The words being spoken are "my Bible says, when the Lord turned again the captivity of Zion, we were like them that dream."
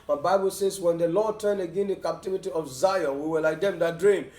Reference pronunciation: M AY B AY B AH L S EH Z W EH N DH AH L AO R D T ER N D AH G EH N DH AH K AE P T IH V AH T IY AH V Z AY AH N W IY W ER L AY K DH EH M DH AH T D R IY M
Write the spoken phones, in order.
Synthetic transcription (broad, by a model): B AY B AY B AH L S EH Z W EH N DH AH L AO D T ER N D AH G EH N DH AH K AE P T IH V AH T IY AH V Z AY AH N W IY W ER L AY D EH M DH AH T D R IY M